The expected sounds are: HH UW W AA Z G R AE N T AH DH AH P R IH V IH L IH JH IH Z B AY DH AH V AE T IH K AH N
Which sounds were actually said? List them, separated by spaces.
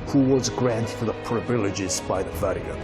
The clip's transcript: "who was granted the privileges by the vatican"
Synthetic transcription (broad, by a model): HH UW W AA Z G R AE N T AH DH AH P R IH V IH L IH JH IH Z B AY DH AH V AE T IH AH